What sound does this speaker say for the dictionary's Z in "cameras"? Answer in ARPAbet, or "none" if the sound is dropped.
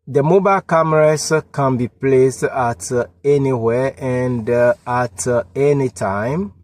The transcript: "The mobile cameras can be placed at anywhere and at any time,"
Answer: S